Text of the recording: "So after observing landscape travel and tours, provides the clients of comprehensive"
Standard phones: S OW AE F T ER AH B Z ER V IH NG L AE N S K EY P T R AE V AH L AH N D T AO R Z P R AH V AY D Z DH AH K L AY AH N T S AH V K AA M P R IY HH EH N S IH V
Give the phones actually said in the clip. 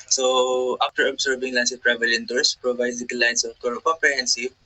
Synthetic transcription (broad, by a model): S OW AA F T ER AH B S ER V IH NG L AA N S EY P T R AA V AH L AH N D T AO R S P R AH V AY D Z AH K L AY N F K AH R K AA M P R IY HH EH N S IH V